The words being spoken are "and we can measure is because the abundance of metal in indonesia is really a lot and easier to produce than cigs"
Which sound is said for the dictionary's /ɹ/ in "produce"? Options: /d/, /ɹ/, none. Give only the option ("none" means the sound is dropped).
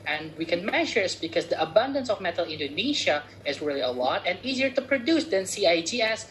/ɹ/